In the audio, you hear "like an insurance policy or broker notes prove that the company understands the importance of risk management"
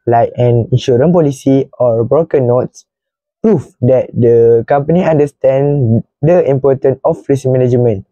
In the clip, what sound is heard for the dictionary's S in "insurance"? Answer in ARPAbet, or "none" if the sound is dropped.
none